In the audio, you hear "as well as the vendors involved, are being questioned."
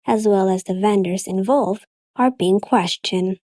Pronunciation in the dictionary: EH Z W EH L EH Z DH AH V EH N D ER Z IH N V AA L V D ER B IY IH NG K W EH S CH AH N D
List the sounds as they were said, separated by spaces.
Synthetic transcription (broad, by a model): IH Z W EH L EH Z DH AH V EH N D ER Z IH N V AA L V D ER B IY IH NG K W EH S CH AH N